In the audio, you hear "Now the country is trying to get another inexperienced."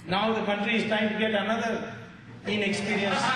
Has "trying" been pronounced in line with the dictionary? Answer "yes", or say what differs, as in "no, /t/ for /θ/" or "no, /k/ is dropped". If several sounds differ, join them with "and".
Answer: no, /ɹ/ is dropped